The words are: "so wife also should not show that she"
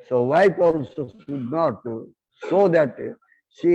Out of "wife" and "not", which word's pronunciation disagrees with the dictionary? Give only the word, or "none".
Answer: wife